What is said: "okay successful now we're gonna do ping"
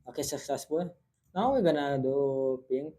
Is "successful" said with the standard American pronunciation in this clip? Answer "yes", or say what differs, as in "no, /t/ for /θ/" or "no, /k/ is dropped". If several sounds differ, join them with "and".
no, /k/ is dropped